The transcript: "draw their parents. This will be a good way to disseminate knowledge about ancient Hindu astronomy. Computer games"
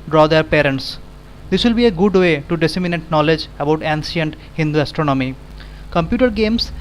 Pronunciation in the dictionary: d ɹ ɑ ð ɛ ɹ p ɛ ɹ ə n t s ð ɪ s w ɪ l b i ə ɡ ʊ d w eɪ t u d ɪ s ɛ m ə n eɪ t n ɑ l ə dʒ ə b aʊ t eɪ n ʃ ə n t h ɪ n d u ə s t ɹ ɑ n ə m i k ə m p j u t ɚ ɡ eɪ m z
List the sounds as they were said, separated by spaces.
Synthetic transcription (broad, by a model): d ɹ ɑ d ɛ ɹ p ɛ ɹ ə n t s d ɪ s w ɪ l b i ə ɡ ʊ d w eɪ t u d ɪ s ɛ m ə n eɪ t n ɑ l ə dʒ ə b aʊ t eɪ n s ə n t h ɪ n d u ə s t ɹ ɑ n ə m i k ə m p j u t ɚ ɡ eɪ m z